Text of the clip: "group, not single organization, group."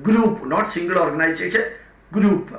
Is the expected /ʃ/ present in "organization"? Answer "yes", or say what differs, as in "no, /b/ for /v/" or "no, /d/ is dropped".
no, /s/ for /ʃ/